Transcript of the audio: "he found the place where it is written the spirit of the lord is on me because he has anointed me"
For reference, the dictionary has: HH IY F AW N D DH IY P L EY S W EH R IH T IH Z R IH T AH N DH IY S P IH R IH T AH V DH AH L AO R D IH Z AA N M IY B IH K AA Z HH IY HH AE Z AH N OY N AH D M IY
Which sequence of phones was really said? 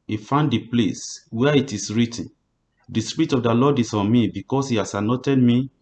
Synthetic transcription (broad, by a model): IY F AW N D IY P L EY S W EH IH T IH S R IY T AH N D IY S P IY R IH T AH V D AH L AO D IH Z AA N M IY B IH K AA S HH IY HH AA S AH N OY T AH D M IY